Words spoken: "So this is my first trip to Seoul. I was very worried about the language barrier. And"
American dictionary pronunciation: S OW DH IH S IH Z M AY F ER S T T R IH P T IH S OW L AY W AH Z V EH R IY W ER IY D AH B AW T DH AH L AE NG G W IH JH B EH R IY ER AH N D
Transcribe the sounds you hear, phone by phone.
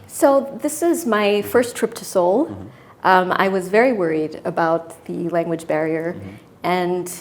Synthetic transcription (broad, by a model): S OW DH IH S IH Z M AY F ER S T T R IH P T IH S OW L AY W AH Z V EH R IY W ER IY D AH B AW T DH AH L AE NG G W IH JH B EH R IY ER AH N